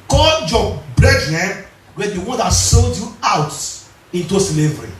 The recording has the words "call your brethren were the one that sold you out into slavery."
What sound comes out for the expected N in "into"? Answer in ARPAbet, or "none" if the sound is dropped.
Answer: N